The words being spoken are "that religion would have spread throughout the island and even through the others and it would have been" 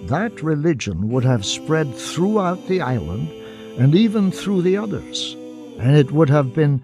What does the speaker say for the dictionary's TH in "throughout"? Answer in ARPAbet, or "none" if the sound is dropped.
TH